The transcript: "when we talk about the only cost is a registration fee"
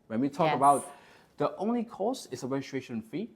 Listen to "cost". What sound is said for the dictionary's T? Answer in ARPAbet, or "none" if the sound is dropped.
none